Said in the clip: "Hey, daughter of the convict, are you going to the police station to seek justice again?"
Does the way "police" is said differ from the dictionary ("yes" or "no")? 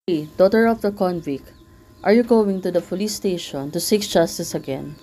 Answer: yes